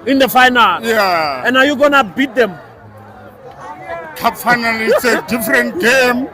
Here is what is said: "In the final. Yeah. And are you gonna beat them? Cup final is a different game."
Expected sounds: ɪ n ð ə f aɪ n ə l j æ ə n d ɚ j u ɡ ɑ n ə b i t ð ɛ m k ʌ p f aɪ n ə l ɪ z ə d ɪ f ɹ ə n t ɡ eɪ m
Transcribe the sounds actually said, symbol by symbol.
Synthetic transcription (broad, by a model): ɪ n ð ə f aɪ n ə l j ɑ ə n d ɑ j u ɡ ɑ n ə b i t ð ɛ m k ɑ f aɪ n ə l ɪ s ə d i f ɹ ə n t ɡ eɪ m